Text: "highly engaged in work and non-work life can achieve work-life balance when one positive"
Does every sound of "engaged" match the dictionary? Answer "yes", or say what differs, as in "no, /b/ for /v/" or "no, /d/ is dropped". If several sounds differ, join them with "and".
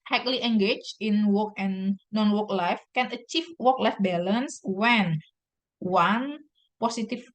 no, /d/ is dropped